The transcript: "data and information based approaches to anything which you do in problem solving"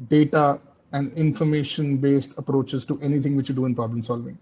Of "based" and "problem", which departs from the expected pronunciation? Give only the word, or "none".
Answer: none